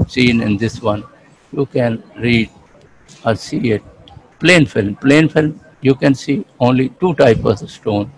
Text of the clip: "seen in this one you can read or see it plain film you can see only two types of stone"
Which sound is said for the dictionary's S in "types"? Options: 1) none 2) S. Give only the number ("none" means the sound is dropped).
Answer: 1